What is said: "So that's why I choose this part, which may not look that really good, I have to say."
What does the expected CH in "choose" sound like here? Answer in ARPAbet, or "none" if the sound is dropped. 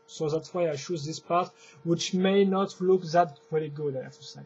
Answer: SH